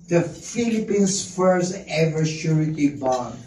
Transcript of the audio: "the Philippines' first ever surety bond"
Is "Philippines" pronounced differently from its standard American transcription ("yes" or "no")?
yes